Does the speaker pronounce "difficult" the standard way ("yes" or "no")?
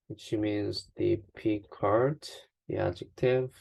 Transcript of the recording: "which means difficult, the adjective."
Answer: no